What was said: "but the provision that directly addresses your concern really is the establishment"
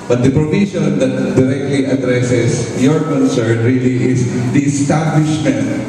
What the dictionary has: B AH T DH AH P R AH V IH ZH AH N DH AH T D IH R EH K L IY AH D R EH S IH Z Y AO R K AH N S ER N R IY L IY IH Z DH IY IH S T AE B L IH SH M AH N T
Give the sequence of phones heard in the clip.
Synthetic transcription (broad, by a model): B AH T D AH P R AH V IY SH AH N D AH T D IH R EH K L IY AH D R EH S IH S Y AO R K AH N S ER N R IY L IY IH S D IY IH S T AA B L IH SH M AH N T